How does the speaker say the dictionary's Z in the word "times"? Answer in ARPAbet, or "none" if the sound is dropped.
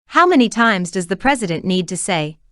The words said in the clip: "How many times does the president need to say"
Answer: Z